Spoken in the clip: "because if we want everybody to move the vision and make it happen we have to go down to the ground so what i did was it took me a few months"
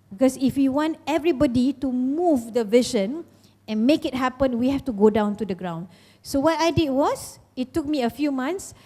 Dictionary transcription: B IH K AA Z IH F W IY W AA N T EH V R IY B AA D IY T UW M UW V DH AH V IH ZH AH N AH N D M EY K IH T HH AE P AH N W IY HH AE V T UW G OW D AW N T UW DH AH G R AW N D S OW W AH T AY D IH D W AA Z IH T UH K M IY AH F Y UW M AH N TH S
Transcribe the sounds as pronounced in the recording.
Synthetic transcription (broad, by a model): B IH K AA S IH F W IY W AA N T EH V R IY B AA D IY T UW M UW V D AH V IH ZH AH N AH N M EY K IH T HH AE P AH N W IY HH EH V T UW G OW D AW N T UW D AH G R AW N D S OW W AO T AY D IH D W AA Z IH T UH K M IY AH F Y UW M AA N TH S